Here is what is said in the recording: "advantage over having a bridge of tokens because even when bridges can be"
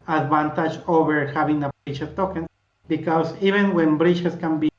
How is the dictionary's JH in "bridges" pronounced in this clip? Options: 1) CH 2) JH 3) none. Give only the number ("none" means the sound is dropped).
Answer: 1